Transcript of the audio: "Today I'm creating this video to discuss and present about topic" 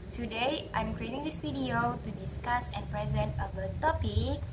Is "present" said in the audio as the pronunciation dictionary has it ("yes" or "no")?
yes